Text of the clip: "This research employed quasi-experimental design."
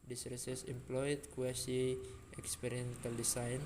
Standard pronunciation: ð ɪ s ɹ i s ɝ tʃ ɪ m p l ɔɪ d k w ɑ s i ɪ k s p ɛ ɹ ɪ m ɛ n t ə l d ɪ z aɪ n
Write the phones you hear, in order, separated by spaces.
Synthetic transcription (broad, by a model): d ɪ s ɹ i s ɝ s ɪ m p l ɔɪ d k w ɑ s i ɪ k s p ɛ ɹ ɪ ɛ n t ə l d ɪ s aɪ n